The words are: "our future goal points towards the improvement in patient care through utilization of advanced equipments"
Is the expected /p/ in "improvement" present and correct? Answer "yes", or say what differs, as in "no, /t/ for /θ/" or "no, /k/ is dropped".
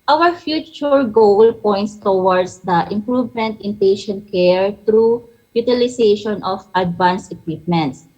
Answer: yes